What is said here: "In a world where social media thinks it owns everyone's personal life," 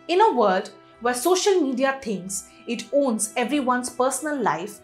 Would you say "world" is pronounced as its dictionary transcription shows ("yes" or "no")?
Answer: no